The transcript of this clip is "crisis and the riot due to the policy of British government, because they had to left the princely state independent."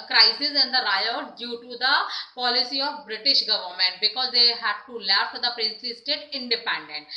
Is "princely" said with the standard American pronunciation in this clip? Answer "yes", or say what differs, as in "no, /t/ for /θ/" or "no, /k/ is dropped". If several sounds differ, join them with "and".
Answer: no, /l/ is dropped